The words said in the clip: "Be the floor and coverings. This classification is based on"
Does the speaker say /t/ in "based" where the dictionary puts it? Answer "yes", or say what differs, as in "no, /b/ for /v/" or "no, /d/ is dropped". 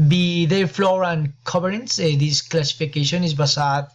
no, /t/ is dropped